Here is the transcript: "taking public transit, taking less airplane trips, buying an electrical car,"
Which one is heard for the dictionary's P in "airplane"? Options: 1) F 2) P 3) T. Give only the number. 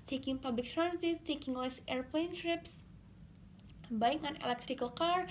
2